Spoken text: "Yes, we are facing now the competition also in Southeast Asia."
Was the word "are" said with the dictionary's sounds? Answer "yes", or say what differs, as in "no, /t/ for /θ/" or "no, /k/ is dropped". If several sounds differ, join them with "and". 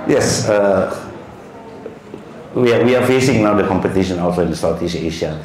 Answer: no, /w/ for /ɹ/